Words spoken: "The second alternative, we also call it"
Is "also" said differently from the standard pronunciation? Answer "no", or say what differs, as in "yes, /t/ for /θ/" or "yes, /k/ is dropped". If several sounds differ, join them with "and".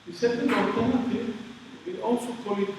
no